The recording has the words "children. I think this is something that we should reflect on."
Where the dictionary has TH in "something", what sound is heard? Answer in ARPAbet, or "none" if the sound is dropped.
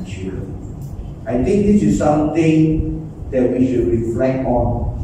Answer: T